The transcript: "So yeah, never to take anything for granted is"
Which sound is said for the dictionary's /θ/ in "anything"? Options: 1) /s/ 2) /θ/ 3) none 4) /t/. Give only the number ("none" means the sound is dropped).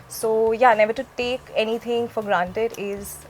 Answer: 4